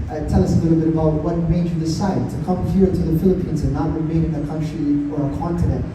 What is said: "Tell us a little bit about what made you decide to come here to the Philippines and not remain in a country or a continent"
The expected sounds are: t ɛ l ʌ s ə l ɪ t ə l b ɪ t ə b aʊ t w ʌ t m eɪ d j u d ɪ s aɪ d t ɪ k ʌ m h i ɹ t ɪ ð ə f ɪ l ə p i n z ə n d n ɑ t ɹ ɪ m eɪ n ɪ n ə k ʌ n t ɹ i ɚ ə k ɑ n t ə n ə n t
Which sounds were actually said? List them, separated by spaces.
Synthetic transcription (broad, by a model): t ɛ l ʌ s ə l ɪ t l b ɪ t ə b aʊ t w ʌ t m eɪ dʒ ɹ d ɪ s aɪ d t ɪ k ʌ m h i ɹ t ɪ ð ə f ɪ l ə p i n z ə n n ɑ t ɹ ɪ m eɪ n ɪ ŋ ə k ʌ n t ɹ i ɚ ə k ɑ n t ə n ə n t